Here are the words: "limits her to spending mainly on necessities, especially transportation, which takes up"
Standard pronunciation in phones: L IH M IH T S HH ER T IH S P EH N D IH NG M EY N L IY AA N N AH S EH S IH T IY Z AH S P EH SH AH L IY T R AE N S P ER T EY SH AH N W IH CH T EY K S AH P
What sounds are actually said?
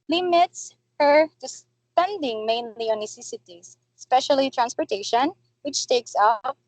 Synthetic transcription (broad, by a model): L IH M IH T S HH ER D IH S P EH N D IH NG M EY N L IY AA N N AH S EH S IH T IY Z S P EH SH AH L IY T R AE N S P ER T EY SH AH N W IH CH T EY K S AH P